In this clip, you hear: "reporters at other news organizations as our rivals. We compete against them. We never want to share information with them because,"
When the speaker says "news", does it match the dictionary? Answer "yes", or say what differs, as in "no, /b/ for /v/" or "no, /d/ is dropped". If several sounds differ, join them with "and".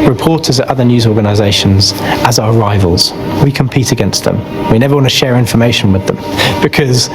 yes